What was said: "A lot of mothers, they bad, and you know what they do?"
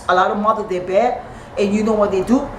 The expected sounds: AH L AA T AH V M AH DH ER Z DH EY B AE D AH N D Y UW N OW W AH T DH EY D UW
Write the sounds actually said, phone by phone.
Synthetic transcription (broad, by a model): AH L AA T AH V M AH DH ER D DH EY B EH AH N Y UW N OW W AH T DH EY D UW